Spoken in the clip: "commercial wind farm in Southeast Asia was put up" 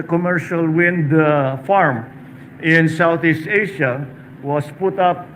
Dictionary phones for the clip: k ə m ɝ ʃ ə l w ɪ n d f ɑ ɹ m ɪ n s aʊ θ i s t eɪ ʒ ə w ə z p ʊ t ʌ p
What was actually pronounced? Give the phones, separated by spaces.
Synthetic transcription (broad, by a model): k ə m ɝ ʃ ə l w ɪ n d f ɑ ɹ m ɪ n s aʊ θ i s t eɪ ʃ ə w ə s p ʊ t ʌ p